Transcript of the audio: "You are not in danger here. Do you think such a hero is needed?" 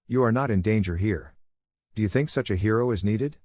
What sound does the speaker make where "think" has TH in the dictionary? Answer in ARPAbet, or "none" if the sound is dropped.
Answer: TH